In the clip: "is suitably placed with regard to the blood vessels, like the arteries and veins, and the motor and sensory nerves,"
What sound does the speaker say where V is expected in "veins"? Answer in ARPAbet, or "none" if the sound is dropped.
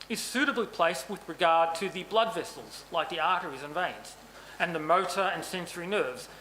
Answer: V